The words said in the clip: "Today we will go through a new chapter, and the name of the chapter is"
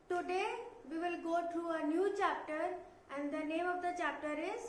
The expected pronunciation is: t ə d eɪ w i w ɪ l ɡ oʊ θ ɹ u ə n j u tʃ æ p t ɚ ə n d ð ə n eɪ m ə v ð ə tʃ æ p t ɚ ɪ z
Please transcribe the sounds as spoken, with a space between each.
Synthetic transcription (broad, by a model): t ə d eɪ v i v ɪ l ɡ oʊ t ɹ u ə n j u tʃ æ p t ɚ ə n d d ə n eɪ m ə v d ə tʃ æ p t ɚ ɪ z